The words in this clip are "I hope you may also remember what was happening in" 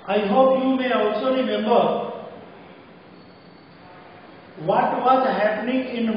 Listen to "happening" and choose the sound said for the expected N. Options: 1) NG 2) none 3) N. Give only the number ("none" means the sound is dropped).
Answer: 3